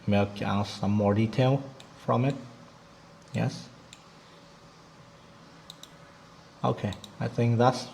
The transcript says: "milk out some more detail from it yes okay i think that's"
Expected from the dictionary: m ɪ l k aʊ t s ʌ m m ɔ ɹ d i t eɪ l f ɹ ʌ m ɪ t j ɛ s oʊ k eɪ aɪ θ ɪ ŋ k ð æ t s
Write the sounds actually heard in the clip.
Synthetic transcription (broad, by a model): m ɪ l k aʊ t s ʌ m m ɔ ɹ d i t eɪ l f ɹ ʌ m ɪ t j ɛ s oʊ k eɪ aɪ θ ɪ ŋ k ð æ t s